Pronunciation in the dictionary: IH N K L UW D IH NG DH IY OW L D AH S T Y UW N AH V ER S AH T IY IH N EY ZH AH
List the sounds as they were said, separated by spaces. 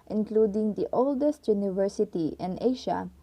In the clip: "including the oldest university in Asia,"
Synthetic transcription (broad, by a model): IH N K L UW D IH NG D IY OW L D AH S T Y UW N AH V ER S AH T IY IH N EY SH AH